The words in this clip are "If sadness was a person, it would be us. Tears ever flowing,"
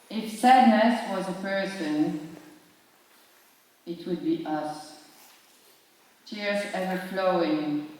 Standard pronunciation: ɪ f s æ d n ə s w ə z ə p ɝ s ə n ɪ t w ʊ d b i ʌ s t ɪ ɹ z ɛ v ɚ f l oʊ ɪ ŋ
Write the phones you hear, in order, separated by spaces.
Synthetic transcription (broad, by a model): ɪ f s æ d n ə s w ə z ə p ɝ s ə n ɪ t w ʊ d b i ʌ s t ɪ ɹ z ɛ v ɚ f l oʊ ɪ ŋ